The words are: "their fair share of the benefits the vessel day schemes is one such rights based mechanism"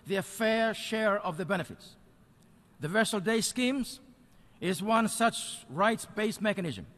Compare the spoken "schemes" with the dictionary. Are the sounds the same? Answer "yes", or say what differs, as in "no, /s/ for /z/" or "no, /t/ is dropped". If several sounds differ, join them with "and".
yes